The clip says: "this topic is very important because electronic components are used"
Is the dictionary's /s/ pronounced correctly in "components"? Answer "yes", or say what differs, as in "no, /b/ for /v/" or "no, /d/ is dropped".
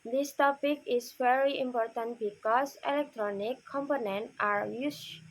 no, /s/ is dropped